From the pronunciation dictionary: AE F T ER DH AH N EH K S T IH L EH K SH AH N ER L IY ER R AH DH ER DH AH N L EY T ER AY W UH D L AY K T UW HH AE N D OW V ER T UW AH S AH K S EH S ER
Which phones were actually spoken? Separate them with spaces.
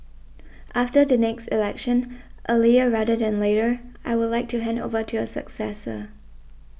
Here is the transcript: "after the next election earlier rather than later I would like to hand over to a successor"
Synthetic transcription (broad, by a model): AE F T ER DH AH N EH K S T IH L EH K SH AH N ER L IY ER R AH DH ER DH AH N L EY T ER AY W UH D L AY K T UW HH AE N D OW V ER T UW AH S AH K S EH S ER